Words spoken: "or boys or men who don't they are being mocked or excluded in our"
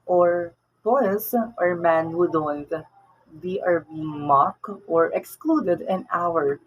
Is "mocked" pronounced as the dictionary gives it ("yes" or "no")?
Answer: yes